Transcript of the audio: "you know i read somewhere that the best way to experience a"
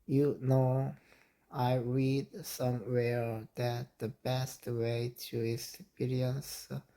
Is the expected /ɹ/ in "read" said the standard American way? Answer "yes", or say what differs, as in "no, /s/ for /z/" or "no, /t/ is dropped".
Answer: yes